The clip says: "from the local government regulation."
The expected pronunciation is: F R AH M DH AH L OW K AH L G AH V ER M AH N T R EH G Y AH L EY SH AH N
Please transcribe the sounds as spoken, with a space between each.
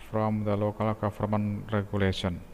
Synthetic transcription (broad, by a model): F R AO M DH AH L OW K AH L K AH F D M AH N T R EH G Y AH L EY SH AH N